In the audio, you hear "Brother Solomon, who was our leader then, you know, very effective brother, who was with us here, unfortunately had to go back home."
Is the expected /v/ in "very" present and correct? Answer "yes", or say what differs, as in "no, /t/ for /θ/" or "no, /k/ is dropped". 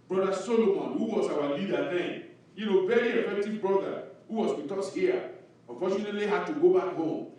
no, /b/ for /v/